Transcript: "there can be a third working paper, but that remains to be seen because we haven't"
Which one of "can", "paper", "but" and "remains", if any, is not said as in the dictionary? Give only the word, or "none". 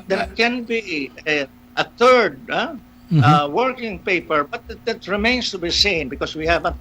remains